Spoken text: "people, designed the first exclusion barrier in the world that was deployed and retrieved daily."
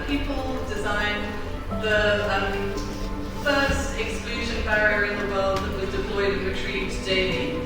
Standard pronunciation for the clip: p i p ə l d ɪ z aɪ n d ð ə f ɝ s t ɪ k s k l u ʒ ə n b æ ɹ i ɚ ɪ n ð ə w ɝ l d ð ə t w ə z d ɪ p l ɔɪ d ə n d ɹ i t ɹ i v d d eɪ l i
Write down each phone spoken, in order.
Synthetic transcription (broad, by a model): p i p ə l d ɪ z aɪ n ð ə f ɝ s t ɪ k s k l u ʒ ə n b æ ɹ i ɚ ɪ n ð ə w ɝ l d ð ə t w ə z d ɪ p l ɔɪ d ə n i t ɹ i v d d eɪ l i